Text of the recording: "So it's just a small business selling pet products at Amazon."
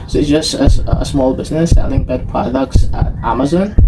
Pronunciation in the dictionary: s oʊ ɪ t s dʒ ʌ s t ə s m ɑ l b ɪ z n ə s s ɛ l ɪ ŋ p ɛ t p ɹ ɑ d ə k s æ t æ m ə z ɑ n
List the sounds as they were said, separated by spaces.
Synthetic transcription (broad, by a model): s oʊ ɪ t s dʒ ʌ s t ə s m ɑ l b ɪ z n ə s s ɛ l ɪ ŋ b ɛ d p ɹ ɑ d ə k s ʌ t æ m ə z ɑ n